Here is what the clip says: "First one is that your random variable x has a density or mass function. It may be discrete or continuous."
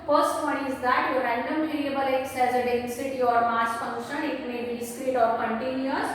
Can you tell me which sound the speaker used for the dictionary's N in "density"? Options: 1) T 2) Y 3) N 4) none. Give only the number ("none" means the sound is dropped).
4